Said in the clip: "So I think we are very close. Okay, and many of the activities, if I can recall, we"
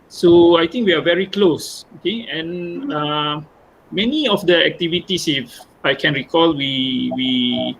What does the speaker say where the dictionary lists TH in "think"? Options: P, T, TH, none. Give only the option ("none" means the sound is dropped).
T